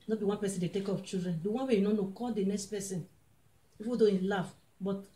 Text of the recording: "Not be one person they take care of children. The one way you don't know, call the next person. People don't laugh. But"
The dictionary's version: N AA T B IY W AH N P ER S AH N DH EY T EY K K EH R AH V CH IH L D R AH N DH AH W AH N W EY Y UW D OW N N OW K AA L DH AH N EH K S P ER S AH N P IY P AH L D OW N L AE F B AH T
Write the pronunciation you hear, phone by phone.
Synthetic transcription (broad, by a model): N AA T B IY W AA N P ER S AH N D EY T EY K K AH P CH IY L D R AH N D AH W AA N W EY Y UW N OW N N OW K AA L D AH N EH K S P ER S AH N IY F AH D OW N L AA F B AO T